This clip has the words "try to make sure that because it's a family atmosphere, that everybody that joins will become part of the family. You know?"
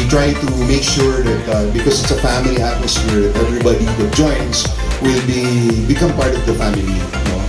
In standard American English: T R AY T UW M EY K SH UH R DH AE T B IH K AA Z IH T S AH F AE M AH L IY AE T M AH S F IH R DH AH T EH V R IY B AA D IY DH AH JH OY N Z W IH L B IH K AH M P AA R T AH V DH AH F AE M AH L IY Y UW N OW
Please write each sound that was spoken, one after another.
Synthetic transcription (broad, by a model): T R AY T UW M EY K SH UH R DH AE T B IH K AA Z IH T S AH F AE M AH L IY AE T M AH S F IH R DH AH T EH V R IY B AA D IY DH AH JH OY N S W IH L B IH K AH M P AA R T AH V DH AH F AE M AH L IY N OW